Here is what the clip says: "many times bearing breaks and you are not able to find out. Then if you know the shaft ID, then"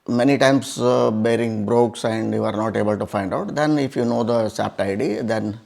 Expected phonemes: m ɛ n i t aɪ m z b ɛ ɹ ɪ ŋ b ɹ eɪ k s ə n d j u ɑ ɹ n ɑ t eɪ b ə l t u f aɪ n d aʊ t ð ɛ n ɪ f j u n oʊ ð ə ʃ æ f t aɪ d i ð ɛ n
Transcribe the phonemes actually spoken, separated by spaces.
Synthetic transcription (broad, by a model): m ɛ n i t aɪ m s b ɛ ɹ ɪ ŋ b ɹ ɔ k s ə n d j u ɑ ɹ n ɑ t eɪ b ə l t u f aɪ n d aʊ t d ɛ n ɪ f j u n oʊ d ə s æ p t aɪ d i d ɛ n